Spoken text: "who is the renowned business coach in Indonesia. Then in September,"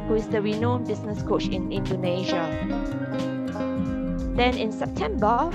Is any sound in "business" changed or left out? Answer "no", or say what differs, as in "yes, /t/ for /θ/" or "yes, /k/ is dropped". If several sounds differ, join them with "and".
yes, /s/ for /z/